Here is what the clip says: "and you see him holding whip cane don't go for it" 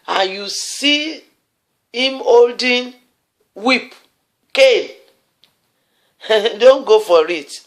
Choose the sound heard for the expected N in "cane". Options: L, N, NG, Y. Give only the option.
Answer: L